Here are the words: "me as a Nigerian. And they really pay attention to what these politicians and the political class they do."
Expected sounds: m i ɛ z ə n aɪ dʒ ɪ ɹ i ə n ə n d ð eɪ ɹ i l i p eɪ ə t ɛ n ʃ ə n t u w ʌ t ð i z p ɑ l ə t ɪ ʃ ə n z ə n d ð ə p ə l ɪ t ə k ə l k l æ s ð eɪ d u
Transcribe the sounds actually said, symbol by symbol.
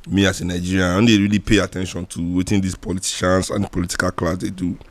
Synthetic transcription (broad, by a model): m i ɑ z ə n aɪ dʒ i ɹ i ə ə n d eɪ ɹ i l i p eɪ ə t ɛ n ʃ ə n t u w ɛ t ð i s p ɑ l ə t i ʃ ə n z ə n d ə p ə l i t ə k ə l k l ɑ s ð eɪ d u